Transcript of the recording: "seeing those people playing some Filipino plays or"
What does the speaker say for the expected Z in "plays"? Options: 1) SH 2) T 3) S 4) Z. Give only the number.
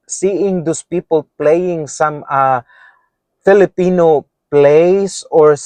3